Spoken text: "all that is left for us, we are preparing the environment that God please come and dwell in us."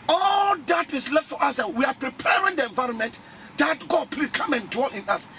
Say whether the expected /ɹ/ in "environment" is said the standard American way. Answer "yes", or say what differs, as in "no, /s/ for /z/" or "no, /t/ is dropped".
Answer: yes